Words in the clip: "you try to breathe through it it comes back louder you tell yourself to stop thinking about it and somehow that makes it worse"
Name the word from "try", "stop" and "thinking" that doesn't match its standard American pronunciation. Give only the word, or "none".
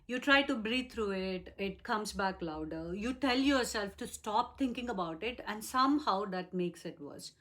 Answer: thinking